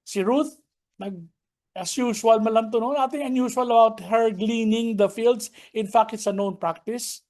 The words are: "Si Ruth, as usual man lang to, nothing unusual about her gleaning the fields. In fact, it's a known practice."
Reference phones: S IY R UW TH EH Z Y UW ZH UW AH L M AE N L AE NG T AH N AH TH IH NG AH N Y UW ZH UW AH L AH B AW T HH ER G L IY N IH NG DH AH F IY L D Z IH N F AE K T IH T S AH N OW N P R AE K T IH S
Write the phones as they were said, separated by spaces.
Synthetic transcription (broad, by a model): S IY R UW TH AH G Y UW SH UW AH L M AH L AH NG T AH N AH T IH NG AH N Y UW SH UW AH L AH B AW T HH ER G L IY N IH NG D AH F IY L D S IH N F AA K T IH T S AH N OW N P R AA K T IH S